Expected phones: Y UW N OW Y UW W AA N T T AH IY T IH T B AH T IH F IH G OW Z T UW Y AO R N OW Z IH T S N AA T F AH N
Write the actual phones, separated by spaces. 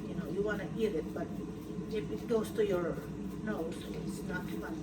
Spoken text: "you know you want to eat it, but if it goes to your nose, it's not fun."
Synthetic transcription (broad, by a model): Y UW N OW Y UW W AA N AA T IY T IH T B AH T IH P IH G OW S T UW Y AO R N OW IH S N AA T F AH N